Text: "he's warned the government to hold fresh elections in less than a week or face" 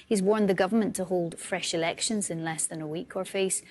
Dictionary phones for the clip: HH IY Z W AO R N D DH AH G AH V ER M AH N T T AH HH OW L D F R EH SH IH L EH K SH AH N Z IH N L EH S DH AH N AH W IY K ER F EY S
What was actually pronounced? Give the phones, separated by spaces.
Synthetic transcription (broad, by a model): HH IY Z W AO R N DH AH G AH V ER M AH N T T AH HH OW L D F R EH SH IH L EH K SH AH N Z IH N L EH S DH AH N AH W IY K ER F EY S